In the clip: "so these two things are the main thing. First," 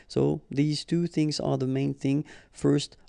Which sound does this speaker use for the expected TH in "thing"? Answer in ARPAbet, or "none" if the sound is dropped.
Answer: TH